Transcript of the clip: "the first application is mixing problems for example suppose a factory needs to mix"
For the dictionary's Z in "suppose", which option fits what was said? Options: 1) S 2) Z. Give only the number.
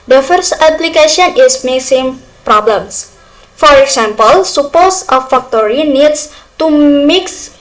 1